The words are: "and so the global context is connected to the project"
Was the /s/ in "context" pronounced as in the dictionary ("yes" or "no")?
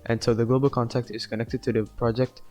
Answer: no